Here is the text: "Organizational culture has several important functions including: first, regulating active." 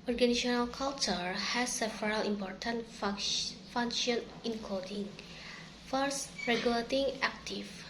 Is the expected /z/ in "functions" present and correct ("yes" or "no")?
no